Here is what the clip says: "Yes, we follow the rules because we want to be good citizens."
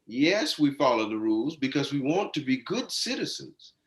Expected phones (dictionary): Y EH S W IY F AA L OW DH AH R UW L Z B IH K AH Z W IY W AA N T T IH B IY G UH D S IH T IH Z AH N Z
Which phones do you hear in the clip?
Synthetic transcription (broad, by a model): Y EH S W IY F AA L OW DH AH R UW L Z B IH K AH Z W IY W AA N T T IH B IY G UH D S IH T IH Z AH N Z